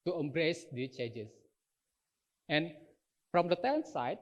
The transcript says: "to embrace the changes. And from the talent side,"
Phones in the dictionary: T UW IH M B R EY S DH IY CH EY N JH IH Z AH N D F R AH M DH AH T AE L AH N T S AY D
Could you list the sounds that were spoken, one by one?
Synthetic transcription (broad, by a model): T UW IH M B R EY S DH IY CH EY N JH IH S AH N F R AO M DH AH T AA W N S AY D